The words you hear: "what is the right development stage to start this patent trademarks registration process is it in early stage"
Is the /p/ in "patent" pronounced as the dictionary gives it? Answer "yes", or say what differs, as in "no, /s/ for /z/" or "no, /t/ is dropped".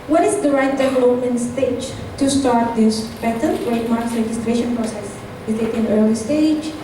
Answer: no, /b/ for /p/